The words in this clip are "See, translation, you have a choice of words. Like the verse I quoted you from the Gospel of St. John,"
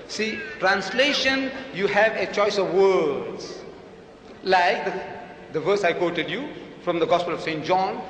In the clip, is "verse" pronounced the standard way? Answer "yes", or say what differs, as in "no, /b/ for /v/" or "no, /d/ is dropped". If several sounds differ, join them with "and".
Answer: yes